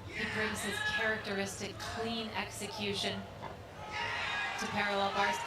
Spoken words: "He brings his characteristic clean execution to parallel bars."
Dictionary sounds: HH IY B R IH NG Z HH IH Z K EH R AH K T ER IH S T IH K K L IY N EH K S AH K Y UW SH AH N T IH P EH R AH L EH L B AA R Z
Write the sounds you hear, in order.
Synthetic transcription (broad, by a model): HH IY B R IH NG Z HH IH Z K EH R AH K T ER IH S T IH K K L IY N EH K S AH K Y UW SH AH N T IH P EH R AH L EH L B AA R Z